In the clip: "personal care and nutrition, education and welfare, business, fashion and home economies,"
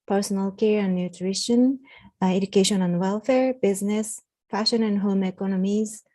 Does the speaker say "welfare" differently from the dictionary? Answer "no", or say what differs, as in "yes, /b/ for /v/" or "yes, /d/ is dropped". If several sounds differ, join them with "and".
no